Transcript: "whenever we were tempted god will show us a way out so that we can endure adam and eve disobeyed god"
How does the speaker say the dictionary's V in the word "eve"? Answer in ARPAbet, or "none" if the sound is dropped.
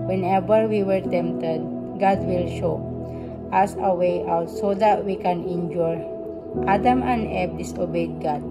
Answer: B